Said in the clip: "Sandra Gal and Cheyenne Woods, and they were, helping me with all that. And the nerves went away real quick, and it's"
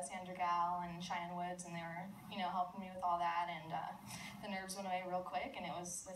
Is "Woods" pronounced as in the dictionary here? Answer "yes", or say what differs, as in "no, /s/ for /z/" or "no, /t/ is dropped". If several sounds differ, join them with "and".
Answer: yes